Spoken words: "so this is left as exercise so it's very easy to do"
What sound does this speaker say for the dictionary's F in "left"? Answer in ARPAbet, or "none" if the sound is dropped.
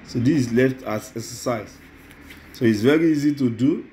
F